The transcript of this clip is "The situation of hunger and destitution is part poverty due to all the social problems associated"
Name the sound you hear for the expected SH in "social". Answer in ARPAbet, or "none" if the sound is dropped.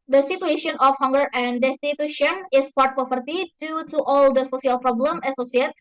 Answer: S